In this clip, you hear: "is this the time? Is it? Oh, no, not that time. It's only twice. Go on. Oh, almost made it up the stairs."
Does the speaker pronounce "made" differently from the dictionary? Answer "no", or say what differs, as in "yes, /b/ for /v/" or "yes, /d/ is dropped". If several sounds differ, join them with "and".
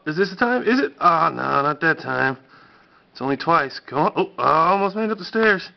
yes, /d/ is dropped